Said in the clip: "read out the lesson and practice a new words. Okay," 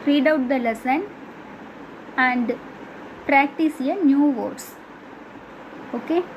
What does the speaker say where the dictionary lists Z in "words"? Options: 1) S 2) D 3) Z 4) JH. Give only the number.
1